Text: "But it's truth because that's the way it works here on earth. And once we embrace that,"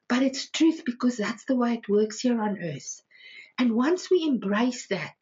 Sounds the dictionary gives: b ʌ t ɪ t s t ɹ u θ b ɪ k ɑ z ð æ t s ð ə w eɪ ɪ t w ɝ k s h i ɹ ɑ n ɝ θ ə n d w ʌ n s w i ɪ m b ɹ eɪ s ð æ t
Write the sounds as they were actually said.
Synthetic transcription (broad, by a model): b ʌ t ɪ t s t ɹ u θ b ɪ k ɑ z ð æ t s ð ə w eɪ ɪ t w ɝ k s h i ɹ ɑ n ɝ θ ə n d w ʌ n s w i ɪ m b ɹ eɪ s ð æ t